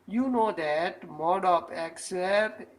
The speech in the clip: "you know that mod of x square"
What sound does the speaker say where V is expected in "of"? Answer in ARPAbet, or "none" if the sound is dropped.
P